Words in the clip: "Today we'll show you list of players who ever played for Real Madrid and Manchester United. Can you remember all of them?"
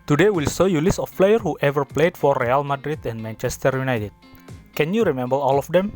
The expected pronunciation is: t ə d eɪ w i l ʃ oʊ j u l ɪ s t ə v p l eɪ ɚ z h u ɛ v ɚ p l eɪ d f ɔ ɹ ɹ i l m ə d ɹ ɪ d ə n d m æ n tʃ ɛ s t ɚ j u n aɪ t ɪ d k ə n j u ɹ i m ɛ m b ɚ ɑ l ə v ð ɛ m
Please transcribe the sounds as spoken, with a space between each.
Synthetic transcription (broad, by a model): t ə d eɪ w i l s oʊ j u l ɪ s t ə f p l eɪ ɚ h u ɛ v ɚ p l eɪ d f ɔ ɹ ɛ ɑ l m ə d ɹ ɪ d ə n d m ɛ n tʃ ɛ s t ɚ j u n aɪ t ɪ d k ə n j u ɹ i m ɛ m b ɚ ɑ l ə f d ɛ m